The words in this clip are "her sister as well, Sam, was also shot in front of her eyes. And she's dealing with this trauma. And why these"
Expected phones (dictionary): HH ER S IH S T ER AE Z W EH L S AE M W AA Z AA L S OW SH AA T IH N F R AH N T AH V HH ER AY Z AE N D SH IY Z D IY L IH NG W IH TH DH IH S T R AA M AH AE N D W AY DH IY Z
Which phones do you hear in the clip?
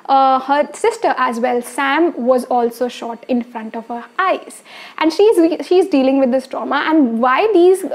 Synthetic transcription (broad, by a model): HH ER S IH S T ER AE Z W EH L S AE M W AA Z AA L S OW SH AA T IH N F R AH N T AH V HH ER AY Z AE N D SH IY Z D IY L IH NG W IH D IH S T R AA M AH AE N D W AY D IY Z